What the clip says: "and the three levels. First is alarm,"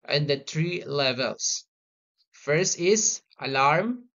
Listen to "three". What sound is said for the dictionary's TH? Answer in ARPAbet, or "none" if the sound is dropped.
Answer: T